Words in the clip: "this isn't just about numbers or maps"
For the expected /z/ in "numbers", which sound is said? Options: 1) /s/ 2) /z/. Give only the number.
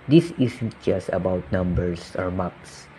1